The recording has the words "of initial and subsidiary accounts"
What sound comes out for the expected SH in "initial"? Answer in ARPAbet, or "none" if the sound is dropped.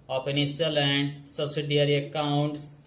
S